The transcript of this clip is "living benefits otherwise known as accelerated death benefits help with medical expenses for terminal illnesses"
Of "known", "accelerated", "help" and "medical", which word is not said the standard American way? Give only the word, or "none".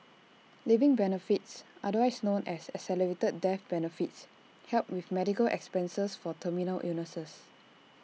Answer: accelerated